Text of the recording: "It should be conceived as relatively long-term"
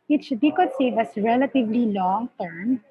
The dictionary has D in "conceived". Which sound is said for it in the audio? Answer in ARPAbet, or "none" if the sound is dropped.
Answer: none